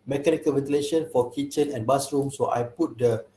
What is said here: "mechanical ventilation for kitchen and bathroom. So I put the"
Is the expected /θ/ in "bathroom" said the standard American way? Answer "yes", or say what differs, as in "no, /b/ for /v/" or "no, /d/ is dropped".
no, /s/ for /θ/